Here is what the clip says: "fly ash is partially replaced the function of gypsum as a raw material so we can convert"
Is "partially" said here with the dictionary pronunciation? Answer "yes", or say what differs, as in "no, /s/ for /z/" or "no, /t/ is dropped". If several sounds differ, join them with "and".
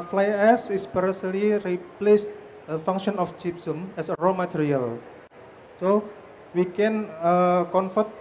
no, /s/ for /ʃ/